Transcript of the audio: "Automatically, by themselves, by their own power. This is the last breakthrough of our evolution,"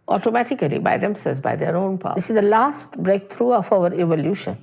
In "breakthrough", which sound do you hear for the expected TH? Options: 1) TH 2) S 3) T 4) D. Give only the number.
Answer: 3